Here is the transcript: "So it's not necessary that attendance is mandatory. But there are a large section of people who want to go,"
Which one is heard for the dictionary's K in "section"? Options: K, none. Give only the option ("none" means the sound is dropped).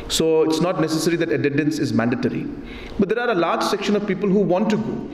K